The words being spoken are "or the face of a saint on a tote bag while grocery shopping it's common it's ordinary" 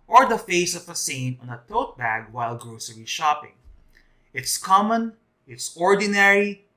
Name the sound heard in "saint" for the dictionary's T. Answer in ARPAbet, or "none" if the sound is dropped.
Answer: none